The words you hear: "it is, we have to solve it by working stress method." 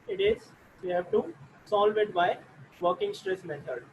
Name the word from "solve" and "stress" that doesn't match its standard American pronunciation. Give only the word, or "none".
none